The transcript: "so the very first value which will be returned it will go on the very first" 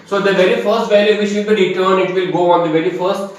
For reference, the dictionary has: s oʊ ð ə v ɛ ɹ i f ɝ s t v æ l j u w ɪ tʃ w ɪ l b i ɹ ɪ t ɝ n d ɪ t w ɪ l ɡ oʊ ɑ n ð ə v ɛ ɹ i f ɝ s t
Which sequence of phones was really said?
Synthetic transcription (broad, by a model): s oʊ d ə v ɛ ɹ i f ɝ s t v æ l j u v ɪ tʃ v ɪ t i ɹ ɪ t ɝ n ɪ t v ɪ l ɡ oʊ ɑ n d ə v ɛ ɹ i f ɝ s t